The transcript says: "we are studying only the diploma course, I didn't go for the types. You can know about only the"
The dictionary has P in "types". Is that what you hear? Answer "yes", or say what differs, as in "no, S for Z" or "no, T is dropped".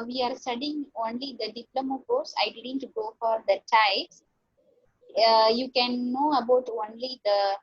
no, P is dropped